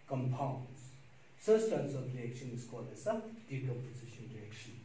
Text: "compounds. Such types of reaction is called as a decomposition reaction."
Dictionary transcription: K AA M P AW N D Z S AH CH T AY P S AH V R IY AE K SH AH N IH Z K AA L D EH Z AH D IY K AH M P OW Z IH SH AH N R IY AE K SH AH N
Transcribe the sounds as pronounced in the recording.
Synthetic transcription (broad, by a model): K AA M P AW N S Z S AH S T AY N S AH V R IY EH K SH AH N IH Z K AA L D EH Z AH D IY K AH P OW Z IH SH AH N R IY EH K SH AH N